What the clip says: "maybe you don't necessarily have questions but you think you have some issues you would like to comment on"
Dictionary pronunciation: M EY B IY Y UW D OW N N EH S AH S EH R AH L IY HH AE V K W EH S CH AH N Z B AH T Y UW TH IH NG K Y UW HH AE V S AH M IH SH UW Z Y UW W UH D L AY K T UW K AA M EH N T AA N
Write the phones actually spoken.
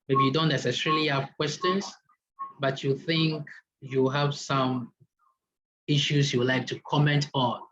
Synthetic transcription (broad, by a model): M EY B IY Y UW D OW N N EH S AH S EH R AH L IY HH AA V K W EH S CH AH N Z B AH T Y UW TH IH NG K Y UW HH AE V S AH M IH SH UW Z Y UW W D L AY K T UW K AA M EH N T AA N